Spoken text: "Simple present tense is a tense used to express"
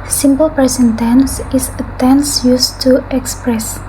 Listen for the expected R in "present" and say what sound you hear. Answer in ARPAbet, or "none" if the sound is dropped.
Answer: none